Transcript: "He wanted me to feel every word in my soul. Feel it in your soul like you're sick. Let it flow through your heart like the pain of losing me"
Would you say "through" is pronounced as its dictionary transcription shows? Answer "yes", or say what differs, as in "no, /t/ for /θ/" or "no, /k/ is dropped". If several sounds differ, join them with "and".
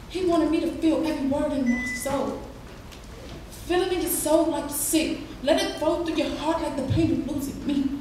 no, /ɹ/ is dropped